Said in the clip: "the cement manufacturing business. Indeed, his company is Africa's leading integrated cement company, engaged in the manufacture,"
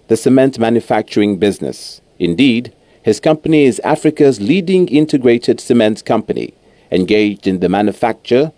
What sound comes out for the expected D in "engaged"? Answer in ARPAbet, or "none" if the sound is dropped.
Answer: D